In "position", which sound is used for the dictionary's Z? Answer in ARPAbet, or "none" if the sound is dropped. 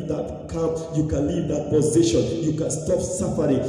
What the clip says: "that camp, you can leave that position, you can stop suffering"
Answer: Z